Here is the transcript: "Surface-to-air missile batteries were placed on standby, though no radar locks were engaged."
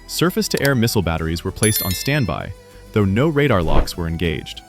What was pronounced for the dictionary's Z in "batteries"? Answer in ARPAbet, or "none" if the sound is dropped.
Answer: Z